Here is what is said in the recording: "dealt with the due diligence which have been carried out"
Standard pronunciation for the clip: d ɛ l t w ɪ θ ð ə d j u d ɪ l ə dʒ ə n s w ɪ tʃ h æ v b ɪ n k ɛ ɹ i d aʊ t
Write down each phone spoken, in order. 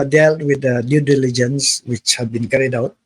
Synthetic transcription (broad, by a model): d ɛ l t w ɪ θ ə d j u d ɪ l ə dʒ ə n s w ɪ tʃ h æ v b ɪ n k ɛ ɹ i d aʊ t